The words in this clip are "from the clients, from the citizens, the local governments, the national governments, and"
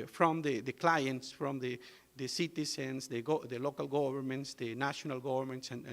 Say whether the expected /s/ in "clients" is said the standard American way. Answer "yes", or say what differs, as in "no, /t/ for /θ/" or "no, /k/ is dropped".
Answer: yes